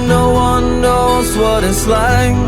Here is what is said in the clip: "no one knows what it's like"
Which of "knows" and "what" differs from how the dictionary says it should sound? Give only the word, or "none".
none